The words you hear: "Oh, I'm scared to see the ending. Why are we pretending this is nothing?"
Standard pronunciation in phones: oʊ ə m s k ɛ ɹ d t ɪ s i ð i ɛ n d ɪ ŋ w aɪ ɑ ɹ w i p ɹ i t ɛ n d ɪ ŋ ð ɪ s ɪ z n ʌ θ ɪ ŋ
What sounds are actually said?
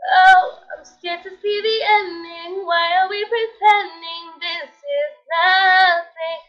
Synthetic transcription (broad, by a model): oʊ ə m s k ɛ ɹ t ɪ s i ð i ɛ n d ɪ ŋ w aɪ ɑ l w i p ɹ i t ɛ n d ɪ ŋ ð ɪ s ɪ z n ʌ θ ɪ ŋ